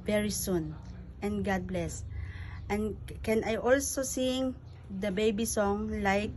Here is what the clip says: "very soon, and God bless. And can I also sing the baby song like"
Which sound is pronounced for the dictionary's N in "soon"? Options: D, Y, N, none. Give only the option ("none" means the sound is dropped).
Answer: N